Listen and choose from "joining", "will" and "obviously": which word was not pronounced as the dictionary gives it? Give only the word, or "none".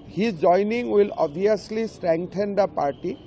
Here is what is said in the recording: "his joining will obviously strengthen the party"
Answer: obviously